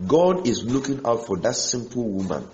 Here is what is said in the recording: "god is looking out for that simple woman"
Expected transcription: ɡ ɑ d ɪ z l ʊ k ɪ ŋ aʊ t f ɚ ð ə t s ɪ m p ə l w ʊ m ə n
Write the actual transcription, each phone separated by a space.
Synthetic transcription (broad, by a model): ɡ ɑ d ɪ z l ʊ k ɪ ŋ aʊ t f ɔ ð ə t s ɪ m p ə l w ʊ m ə n